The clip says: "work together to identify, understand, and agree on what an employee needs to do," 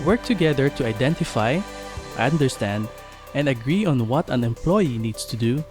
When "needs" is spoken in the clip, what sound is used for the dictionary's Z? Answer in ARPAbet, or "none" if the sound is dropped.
S